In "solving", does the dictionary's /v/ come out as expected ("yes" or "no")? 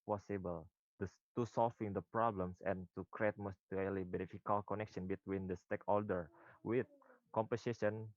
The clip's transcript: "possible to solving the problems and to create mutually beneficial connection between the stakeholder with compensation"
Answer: no